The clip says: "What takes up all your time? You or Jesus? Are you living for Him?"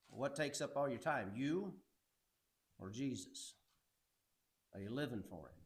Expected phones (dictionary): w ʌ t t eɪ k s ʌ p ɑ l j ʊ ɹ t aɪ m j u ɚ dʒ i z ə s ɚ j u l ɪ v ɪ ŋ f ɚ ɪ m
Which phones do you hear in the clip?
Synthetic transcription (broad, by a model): w ʌ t t eɪ k s ʌ p ɑ l j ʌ ɹ t aɪ m j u ɚ dʒ i z ə s ɚ j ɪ l ɪ v ɪ ŋ f ɚ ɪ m